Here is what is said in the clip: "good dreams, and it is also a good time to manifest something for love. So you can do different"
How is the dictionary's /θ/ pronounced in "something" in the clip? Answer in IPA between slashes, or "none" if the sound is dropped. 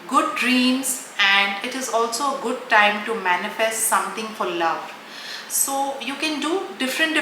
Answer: /t/